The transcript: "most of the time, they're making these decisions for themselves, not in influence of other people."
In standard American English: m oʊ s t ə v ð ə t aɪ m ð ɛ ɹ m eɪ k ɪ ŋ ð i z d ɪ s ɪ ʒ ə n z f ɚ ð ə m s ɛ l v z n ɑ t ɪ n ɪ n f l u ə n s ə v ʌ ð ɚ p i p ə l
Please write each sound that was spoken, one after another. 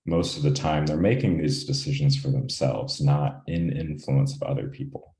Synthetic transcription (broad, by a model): m oʊ s t ə v ð ə t aɪ m ð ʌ ɹ m eɪ k ɪ ŋ ð i z d ɪ s ɪ ʒ ə n z f ɚ ð ə m s ɛ l v z n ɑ t ɪ n ɪ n f l u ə n s ə v ʌ ð ɚ p i p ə l